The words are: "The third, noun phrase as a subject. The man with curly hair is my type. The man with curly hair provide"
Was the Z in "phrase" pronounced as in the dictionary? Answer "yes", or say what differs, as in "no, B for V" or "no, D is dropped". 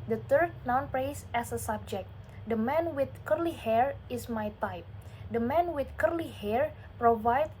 no, S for Z